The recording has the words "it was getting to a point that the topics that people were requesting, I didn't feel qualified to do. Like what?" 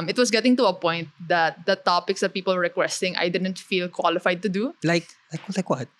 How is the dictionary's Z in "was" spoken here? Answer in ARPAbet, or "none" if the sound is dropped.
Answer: S